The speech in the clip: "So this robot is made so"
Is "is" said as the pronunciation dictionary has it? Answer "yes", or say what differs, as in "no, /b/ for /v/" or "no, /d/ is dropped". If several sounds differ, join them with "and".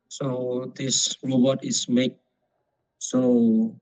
no, /s/ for /z/